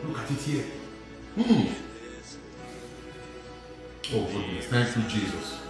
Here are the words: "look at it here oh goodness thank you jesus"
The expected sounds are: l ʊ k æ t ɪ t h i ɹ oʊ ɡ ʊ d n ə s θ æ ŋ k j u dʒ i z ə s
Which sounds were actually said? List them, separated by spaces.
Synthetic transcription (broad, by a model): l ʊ k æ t ɪ t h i oʊ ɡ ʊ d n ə θ æ ŋ k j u dʒ i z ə s